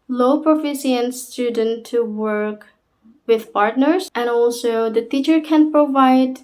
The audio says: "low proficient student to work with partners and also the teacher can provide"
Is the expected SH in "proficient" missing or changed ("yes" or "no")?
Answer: yes